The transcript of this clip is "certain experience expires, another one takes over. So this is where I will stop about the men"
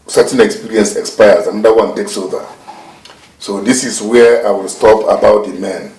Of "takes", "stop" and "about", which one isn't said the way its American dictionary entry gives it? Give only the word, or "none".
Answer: none